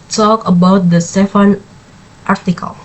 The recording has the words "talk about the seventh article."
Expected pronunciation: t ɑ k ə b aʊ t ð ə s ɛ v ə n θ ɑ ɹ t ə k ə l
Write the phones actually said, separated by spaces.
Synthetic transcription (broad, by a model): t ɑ k ə b aʊ t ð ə s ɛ f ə n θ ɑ ɹ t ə k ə l